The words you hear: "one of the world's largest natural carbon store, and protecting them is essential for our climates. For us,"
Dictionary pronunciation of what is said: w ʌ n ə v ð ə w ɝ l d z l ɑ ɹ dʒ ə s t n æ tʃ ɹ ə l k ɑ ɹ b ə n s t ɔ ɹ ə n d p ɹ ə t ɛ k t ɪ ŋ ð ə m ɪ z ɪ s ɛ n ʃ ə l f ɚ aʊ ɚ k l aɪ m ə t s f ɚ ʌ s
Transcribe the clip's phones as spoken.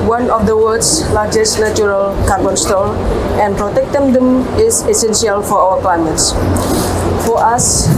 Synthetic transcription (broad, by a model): w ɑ n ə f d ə w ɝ d s l ɑ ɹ dʒ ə s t n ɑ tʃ ɹ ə l k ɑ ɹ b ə n s t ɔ l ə n p ɹ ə t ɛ k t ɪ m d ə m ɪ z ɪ s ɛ n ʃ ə l f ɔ aʊ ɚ k l aɪ m ə t s f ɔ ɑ s